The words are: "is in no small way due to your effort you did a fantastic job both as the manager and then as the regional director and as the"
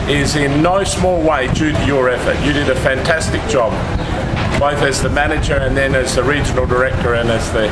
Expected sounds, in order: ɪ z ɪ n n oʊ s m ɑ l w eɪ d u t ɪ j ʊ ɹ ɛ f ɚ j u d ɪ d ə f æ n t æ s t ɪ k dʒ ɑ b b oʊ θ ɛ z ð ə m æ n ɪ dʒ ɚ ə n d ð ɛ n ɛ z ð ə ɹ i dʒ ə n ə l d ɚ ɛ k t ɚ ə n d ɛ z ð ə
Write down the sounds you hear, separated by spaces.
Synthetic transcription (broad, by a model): ɪ z ɪ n n oʊ s m ɑ l w eɪ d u t ɪ j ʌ ɹ ɛ f ɚ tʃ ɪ d ɪ d ə f æ n t æ s t ɪ k dʒ ɑ b b oʊ θ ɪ z ð ə m æ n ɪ dʒ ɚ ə n ð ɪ n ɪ z ð ə ɹ i dʒ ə n l d ɚ ɛ k t ɚ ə n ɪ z ð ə